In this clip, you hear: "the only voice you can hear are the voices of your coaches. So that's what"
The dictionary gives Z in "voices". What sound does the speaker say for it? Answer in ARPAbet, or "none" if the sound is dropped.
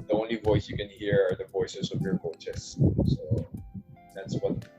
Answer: S